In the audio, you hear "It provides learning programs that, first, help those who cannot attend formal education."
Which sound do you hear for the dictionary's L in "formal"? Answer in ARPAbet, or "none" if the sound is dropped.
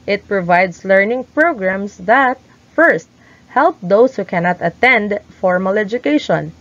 L